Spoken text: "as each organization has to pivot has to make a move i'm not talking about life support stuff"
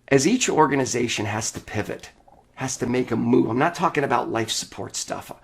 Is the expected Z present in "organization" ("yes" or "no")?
yes